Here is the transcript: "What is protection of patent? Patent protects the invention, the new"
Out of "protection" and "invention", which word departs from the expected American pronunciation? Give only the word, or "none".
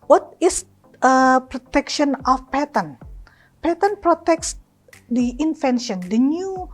invention